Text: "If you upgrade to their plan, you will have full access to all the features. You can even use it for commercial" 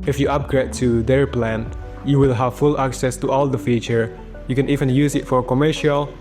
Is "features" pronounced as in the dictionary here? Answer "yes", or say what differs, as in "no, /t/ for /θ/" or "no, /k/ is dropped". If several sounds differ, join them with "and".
no, /z/ is dropped